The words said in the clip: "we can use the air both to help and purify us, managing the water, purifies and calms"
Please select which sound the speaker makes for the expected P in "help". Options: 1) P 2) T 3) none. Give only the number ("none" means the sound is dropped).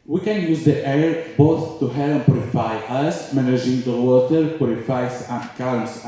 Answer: 3